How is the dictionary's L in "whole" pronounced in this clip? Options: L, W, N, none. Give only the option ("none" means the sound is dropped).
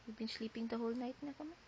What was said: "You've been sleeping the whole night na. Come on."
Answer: L